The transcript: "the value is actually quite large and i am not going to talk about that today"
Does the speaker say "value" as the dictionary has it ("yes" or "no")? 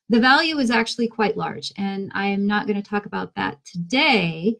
yes